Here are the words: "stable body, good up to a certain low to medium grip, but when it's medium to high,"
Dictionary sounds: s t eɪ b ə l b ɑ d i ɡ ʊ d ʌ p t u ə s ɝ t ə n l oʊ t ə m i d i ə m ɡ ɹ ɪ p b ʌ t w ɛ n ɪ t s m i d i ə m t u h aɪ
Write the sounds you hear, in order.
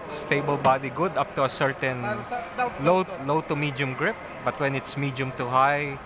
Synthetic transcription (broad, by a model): s t eɪ b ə l b ɑ d i ɡ ʊ d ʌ p t u ə s ɝ t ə n l oʊ t ə m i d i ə m ɡ ɹ ɪ p b ʌ t w ɛ n ɪ t s m i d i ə m t u h aɪ